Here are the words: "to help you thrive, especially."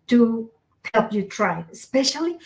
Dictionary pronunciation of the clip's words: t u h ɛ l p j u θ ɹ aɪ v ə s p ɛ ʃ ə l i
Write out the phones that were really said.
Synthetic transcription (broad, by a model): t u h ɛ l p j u t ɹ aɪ ə s p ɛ ʃ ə l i